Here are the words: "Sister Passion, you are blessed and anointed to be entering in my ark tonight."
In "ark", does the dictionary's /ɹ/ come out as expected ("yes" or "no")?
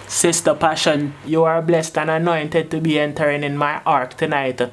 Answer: yes